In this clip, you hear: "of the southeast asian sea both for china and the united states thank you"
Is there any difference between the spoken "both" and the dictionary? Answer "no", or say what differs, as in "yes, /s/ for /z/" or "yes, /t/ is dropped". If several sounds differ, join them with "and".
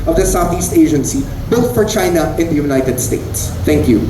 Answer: yes, /t/ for /θ/